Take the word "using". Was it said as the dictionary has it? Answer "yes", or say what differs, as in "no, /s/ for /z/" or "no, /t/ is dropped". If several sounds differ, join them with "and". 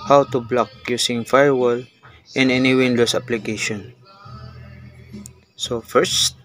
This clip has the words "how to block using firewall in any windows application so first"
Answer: no, /s/ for /z/